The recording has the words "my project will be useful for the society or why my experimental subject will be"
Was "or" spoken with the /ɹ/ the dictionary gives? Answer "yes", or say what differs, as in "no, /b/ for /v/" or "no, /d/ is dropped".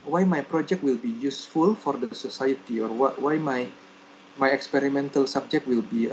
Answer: no, /w/ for /ɹ/